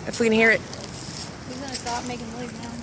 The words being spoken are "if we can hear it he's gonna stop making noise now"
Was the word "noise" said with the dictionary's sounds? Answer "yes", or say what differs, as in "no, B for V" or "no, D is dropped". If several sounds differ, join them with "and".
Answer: no, L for N